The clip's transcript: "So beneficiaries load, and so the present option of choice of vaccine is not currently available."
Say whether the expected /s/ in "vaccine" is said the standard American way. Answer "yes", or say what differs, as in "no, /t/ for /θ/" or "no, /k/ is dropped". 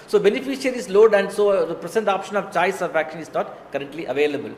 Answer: no, /ʃ/ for /s/